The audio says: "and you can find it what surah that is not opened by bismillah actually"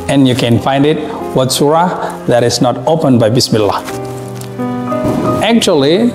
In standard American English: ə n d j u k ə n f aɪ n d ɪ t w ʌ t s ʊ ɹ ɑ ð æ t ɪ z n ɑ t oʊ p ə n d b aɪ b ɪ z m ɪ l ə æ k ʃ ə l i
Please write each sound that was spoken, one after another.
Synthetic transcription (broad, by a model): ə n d j u k ə n f aɪ n d ɪ t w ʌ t s ʊ ɹ ɑ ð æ t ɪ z n ɑ t oʊ p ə n b aɪ b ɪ s m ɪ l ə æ k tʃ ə l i